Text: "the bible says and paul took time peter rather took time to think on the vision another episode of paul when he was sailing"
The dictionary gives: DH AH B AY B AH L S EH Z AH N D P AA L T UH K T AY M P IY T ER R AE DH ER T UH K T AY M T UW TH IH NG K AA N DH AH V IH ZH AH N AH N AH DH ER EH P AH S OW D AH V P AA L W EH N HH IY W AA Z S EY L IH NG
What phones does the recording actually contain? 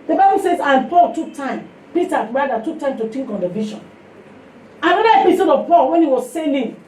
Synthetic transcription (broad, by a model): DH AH B AY B AH L S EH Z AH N P AA L T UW K T AY M P IY T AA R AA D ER T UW K T AY M T UW T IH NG K AA N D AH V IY SH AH N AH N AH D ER EH P AH S OW D AH V P AA L W EH N HH IY W AA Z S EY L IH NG